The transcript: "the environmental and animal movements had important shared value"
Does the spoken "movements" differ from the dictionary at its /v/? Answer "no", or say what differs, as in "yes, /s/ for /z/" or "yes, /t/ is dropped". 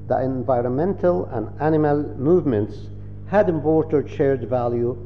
no